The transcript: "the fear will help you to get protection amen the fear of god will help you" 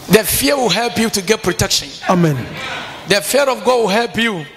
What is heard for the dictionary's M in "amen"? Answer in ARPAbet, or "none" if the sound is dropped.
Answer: M